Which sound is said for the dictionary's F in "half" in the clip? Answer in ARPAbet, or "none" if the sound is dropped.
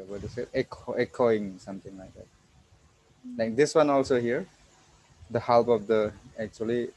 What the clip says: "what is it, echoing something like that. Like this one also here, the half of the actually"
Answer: P